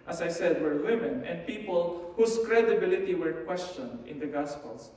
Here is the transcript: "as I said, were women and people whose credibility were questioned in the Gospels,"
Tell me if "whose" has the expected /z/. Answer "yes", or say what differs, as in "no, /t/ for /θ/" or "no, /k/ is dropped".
no, /s/ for /z/